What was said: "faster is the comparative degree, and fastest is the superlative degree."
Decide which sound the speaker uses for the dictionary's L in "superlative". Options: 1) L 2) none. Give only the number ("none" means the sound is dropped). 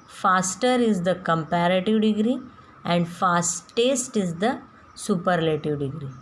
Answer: 1